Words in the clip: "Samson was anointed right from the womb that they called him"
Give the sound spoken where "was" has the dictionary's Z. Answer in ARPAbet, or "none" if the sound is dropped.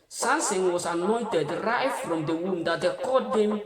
S